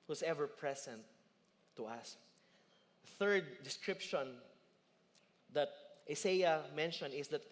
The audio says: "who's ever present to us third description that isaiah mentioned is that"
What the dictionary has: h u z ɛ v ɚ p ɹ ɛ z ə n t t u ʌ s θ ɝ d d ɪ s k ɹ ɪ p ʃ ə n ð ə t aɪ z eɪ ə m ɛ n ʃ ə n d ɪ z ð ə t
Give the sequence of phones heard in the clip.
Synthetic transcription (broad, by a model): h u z ɛ v ɚ p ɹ ɛ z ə n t t u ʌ s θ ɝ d d ɪ s k ɹ ɪ p ʃ ə n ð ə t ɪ s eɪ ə m ɛ n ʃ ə n ɪ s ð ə t